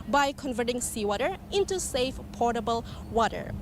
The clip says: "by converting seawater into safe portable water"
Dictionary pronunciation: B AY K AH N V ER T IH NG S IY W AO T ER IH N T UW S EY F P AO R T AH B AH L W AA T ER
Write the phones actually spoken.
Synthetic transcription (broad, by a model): B AY K AH N V ER T IH NG S IY W AO T ER IH N T UW S EY F P AO R T AH B AH L W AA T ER